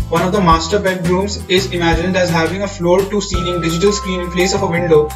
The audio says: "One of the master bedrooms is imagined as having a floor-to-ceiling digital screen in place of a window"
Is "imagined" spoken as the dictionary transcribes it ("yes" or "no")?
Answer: yes